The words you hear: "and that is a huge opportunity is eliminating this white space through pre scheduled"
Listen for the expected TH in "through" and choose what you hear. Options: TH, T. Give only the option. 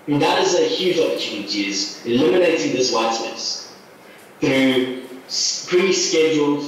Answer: TH